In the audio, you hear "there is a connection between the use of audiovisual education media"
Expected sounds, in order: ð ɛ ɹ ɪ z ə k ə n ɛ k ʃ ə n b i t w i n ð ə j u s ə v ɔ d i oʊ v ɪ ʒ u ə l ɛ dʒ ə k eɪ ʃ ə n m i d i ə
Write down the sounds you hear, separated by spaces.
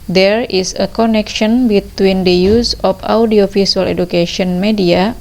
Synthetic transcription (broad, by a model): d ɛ ɹ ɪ s ə k ə n ɛ k ʃ ə n b i t w i n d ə j u s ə f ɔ d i oʊ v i s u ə l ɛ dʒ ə k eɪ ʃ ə n m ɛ d i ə